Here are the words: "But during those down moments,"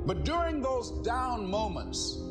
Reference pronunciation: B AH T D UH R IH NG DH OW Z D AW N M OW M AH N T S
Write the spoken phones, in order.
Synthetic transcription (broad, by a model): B AH T D UH R IH NG DH OW Z D AW N M OW M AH N T S